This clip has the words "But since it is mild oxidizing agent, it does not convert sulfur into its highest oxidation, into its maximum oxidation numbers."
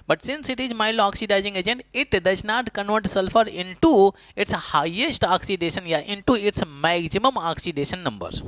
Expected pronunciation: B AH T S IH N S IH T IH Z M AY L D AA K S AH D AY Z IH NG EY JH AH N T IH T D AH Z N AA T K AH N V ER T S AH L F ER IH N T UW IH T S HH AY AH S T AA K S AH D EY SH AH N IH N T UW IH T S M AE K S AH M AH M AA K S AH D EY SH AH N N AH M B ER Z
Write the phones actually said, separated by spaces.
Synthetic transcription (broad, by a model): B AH T S IH N S IH T IH Z M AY L AA K S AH D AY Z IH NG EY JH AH N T IH T D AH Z N AA T K AH N V ER T S AH L F ER IH N T UW IH T S HH AY AH S T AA K S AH D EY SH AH N IH N T UW IH T S M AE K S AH M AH M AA K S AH D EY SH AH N N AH M B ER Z